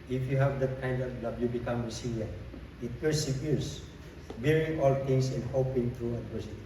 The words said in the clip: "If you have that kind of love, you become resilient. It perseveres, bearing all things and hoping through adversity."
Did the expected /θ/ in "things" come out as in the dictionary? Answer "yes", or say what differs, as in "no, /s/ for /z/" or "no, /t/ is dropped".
no, /t/ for /θ/